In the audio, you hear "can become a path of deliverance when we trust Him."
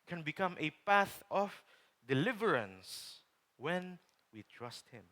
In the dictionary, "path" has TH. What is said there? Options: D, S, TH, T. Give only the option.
TH